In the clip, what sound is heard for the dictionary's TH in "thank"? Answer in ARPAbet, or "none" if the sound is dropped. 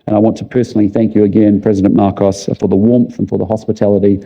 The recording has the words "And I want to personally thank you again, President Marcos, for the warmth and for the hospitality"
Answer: TH